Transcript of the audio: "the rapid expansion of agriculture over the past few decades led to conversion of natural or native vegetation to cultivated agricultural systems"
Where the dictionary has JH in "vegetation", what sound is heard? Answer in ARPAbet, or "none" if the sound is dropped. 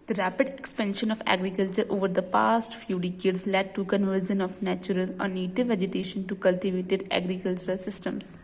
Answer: JH